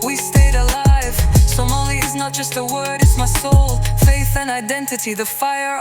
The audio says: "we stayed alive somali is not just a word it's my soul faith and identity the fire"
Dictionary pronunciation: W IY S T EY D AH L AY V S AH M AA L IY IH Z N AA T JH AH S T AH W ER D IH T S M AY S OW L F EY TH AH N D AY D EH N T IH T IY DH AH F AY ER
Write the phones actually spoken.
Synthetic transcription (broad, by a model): W IY S T EY D AH L AY V S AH M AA L IY IH Z N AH T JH AH S T AH W ER D IH T S M AY S OW L F EY TH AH N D AY D EH N T IH T IY DH AH F AY ER